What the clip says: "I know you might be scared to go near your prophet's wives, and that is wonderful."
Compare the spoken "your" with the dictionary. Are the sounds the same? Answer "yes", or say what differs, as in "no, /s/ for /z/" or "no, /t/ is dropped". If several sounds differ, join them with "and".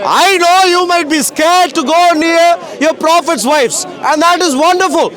yes